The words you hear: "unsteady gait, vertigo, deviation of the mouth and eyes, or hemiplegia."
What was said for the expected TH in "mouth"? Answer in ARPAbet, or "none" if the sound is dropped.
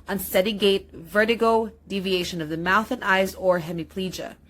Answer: TH